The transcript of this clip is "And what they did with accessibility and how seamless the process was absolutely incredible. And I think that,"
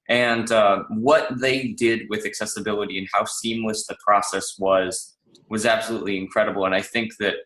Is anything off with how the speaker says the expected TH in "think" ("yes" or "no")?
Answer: no